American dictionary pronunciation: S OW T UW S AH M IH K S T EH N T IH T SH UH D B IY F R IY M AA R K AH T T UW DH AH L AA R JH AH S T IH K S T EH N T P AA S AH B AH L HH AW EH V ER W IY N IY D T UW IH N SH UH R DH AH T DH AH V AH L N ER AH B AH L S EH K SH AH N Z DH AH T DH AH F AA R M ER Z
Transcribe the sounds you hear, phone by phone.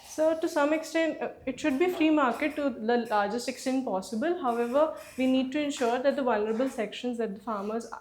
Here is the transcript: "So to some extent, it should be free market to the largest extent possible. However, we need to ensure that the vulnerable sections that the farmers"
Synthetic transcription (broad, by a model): S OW T UW S AH M IH K S T EH N T IH T SH UH D B IY F R IY M AA R K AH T T UW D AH L AA R JH AH S T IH K S T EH N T P AA S AH B AH L HH AW EH V ER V IY N IY D T UW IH N SH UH R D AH T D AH V AH L N ER AH B AH L S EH K SH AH N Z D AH T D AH F AA R M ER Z